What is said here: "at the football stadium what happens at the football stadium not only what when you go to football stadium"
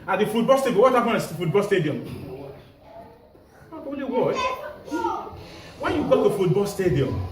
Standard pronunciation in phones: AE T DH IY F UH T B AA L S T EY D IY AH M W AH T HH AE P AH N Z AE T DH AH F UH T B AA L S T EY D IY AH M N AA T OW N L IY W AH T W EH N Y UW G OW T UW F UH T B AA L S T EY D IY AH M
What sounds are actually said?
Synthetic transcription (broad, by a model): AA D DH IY F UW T B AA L S T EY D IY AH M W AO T HH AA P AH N AA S F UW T B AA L S T EY D IY AH M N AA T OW L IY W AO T W EH N Y UW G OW T UW F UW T B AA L S T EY D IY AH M